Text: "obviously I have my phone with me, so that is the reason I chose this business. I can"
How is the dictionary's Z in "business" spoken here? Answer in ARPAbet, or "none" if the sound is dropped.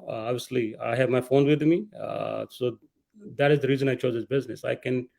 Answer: Z